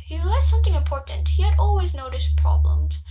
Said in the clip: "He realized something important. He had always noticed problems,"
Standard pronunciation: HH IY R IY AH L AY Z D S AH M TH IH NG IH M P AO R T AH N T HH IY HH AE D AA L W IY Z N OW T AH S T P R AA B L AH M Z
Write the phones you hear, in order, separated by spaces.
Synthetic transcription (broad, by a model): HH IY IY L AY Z S AH M TH IH NG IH M P AO R T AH N T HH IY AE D AA L W IY Z N OW T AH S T P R AA B L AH M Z